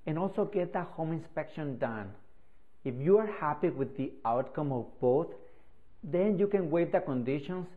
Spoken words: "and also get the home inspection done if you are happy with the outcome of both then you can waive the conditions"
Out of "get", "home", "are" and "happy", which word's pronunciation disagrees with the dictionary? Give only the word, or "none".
none